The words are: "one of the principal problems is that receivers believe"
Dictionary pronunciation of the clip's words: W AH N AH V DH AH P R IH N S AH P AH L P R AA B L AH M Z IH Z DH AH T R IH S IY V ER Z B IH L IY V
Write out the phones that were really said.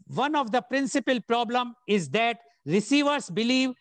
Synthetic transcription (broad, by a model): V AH N AH V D AH P R IH N S AH P AH L P R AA B L AH M IH Z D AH T R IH S IY V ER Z B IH L IY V